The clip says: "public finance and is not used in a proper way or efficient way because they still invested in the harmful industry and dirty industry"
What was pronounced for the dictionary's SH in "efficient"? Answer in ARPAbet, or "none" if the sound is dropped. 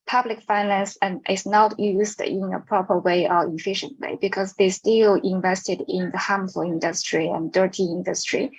SH